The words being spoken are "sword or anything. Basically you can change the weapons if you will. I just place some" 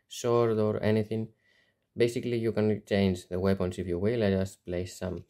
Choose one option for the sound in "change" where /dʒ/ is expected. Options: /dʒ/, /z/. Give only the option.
/dʒ/